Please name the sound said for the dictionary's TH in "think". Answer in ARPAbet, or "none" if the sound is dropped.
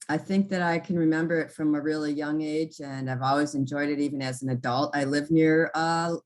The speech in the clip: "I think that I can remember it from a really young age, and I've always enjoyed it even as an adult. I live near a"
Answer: TH